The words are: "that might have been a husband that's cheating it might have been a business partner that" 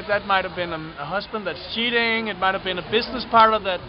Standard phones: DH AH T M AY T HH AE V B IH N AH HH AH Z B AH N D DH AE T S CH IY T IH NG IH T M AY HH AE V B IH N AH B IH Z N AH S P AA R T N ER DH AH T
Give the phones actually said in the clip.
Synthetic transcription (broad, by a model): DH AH T M AY T HH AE V B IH N AH HH AH Z B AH N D DH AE T S CH IY T IH NG IH T M AY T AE V B IH N AH B IH Z N AH S P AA R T ER DH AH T